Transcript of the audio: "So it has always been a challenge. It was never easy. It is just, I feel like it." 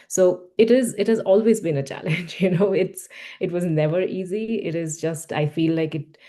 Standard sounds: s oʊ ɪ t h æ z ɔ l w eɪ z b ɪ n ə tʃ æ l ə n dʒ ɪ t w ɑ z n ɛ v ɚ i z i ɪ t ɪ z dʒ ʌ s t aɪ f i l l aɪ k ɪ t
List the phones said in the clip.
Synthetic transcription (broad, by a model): s oʊ ɪ t h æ z ɔ l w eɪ z b ɪ n ə tʃ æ l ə n dʒ ɪ t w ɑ z n ɛ v ɚ i z i ɪ t ɪ z dʒ ʌ s t aɪ f i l l aɪ k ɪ t